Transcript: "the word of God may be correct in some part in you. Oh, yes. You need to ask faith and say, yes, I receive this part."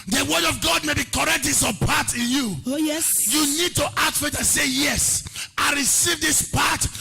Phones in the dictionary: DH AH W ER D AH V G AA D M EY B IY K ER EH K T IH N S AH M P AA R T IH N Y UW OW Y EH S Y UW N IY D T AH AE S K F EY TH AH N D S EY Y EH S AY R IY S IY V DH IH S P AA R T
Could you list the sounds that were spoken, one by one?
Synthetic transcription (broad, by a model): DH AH W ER D AH V G AA D M EY B IY K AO EH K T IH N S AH P AA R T IH N Y UW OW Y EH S Y UW N IY D T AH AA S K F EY T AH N S EY Y EH S AY R IY S IY V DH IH S P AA T